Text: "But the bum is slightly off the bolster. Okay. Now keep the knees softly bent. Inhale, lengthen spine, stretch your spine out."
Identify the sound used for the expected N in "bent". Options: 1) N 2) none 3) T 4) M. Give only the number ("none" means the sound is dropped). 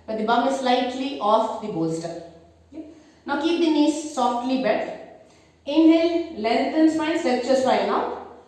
2